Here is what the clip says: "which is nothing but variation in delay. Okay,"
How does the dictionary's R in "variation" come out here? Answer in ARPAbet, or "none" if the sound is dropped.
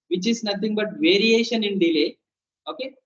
R